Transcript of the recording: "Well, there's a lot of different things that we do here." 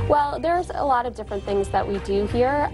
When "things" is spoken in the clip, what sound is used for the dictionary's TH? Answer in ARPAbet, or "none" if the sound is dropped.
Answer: TH